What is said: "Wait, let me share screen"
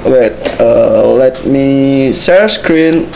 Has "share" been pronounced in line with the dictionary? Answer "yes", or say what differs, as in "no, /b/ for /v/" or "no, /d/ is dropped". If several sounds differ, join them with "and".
no, /s/ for /ʃ/